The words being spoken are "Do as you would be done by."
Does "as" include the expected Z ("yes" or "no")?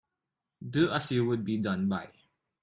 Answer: no